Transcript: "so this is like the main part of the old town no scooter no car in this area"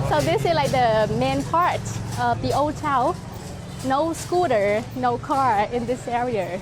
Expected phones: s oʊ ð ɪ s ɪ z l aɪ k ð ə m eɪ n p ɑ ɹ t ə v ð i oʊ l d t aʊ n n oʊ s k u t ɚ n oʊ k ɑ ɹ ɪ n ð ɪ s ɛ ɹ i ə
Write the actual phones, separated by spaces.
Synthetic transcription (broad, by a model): s oʊ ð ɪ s ɪ z l aɪ k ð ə m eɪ n p ɑ ɹ t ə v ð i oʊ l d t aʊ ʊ n oʊ s k u t ɚ n oʊ k ɑ ɹ ɪ n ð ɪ s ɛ ɹ i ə